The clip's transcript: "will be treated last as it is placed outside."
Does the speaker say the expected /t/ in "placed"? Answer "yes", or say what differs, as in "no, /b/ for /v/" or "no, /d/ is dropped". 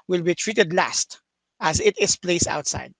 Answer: no, /t/ is dropped